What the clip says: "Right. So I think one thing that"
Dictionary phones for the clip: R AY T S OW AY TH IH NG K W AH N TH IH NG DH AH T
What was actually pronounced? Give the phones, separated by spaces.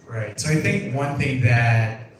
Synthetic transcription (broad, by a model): R AY T S OW AY TH IH NG K W AH N TH IH NG DH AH T